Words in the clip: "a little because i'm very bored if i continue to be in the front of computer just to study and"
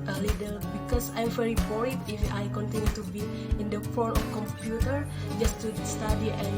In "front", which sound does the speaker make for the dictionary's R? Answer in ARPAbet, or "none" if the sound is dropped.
none